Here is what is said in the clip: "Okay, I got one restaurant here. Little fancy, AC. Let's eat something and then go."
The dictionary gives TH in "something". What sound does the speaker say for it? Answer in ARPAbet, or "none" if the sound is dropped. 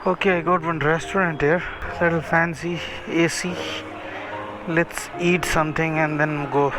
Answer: T